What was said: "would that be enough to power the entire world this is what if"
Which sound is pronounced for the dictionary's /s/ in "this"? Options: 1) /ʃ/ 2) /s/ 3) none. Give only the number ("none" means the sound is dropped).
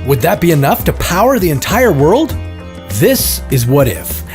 2